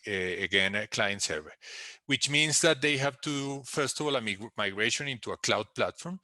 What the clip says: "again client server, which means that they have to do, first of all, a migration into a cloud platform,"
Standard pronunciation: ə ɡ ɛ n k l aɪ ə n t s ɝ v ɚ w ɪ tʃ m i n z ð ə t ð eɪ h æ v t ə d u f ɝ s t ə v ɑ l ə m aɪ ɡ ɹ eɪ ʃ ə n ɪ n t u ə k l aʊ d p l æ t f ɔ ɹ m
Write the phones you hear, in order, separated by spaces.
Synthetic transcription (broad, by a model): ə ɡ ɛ n k l aɪ ə n t s ɝ v ɚ w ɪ tʃ m i n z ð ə t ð eɪ h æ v t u f ɝ s t ə v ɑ l ə m aɪ ɡ ɹ eɪ ʃ ə n ɪ n t u ə k l aʊ d p l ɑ t f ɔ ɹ m